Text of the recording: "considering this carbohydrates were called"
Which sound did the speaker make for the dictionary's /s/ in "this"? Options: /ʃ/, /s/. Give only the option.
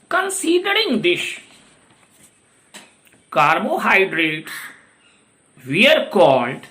/ʃ/